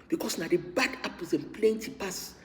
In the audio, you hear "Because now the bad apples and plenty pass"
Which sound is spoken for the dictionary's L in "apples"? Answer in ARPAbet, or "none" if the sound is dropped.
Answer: none